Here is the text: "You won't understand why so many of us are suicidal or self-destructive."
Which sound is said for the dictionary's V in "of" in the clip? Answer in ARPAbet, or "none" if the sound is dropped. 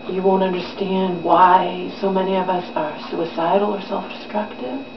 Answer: V